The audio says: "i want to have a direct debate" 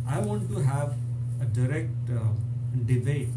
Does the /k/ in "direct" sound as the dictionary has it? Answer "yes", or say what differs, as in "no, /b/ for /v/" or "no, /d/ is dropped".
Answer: yes